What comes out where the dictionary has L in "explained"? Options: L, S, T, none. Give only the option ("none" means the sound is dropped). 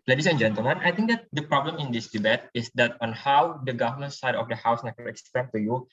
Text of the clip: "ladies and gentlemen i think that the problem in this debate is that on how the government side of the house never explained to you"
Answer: none